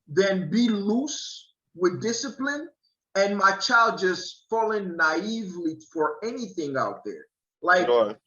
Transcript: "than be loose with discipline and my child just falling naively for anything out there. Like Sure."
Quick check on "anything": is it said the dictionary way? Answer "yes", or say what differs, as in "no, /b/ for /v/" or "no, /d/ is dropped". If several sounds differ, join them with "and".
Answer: yes